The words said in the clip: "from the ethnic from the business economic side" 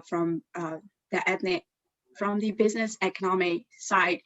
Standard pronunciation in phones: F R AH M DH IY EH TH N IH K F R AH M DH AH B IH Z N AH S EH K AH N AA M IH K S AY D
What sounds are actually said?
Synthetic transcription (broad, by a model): F R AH M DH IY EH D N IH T F R AH M DH AH B IH Z N AH S EH K AH N AA M IH K S AY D